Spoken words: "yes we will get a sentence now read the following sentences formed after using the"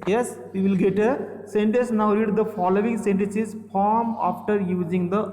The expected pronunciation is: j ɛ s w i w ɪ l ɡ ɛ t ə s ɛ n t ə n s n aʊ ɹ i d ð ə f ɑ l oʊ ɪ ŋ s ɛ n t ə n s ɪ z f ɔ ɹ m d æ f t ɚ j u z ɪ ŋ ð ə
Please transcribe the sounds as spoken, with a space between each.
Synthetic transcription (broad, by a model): j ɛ s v i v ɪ l ɡ ɛ t ə s ɛ n t ə n s n aʊ ɹ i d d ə f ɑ l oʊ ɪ ŋ s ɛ n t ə n s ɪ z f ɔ ɹ m ɑ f t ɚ j u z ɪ ŋ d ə